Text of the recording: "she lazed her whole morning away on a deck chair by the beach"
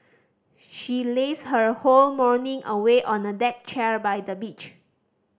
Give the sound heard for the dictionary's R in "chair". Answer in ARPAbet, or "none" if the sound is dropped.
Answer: R